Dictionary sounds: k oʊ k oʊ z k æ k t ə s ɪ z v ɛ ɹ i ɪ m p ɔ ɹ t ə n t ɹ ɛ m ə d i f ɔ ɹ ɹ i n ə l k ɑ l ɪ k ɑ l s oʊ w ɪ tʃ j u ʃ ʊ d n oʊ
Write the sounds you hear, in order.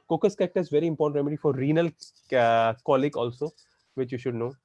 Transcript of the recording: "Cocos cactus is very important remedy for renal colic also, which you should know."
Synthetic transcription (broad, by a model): k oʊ k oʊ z k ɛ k t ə ɪ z v ɛ ɹ i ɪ m p ɔ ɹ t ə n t ɹ ɛ m ə d i f ɔ ɹ ɹ i n ə l k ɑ l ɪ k ɑ l s oʊ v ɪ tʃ j u ʃ ʊ d n oʊ